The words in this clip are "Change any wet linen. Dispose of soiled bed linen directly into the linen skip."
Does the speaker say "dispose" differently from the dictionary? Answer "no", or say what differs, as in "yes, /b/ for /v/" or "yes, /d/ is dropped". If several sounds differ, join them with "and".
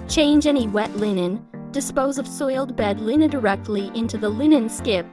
no